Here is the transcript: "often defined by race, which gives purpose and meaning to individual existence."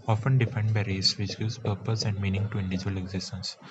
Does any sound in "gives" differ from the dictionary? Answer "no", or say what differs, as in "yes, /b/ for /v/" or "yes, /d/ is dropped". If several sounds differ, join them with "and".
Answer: yes, /v/ is dropped